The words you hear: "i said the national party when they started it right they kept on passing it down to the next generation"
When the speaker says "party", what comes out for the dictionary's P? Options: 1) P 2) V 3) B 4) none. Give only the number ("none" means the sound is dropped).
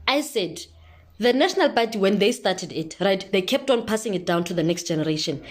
3